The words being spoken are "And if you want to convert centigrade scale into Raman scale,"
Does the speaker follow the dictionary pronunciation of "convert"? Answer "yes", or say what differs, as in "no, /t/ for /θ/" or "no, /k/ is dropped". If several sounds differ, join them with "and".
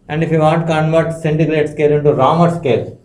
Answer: yes